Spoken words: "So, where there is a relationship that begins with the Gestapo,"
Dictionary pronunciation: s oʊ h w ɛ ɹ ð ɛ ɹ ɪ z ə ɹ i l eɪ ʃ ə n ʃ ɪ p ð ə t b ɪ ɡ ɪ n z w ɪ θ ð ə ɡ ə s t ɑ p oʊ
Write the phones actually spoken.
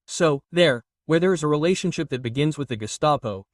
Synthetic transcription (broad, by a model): s oʊ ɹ w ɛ ɹ ð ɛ ɹ ɪ z ə ɹ i l eɪ ʃ ə n ʃ ɪ p ð ə t b ɪ ɡ ɪ n z w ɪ ð ə ɡ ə s t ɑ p oʊ